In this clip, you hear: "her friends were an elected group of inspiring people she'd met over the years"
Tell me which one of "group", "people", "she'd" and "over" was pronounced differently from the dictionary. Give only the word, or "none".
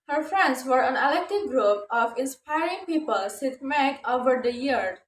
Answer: she'd